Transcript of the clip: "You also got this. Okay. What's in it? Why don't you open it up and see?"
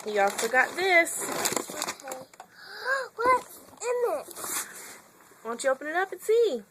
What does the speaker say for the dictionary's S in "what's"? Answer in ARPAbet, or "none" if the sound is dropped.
none